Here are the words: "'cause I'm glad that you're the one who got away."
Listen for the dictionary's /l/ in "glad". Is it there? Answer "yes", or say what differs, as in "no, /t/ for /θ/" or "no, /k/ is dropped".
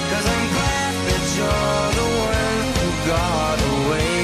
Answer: no, /l/ is dropped